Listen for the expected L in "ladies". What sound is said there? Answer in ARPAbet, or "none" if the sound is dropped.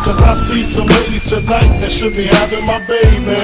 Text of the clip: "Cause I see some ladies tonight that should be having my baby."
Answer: W